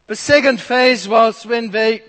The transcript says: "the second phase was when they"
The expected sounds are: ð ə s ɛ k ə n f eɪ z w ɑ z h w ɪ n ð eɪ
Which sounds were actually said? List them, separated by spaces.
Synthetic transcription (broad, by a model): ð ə s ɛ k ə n f eɪ z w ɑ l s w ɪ n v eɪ